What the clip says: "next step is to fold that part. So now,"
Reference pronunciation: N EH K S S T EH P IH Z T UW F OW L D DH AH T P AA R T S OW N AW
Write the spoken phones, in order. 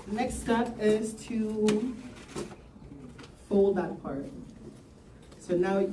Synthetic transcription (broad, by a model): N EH K S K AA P IH Z T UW F OW L D DH AH T P AA R T S OW N AW